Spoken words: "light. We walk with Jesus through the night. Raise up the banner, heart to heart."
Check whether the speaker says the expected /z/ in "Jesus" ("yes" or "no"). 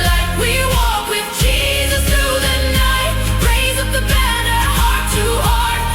yes